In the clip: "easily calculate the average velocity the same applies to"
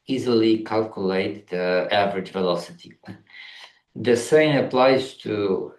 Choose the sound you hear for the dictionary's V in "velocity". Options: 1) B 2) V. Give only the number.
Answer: 2